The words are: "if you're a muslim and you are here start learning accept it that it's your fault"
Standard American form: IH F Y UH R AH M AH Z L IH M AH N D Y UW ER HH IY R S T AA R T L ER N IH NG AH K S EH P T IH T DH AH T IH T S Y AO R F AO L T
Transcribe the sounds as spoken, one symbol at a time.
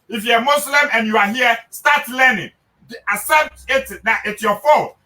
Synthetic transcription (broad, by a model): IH F Y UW AH M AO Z L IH M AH N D Y UW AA HH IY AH S T AA T L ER N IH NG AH S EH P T IH T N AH T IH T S Y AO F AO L